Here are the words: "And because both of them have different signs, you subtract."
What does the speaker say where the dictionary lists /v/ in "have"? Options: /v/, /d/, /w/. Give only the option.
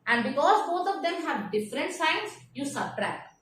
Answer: /v/